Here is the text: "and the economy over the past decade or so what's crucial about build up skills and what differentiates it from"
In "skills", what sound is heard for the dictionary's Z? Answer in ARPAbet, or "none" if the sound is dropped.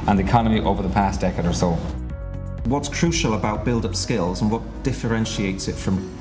Z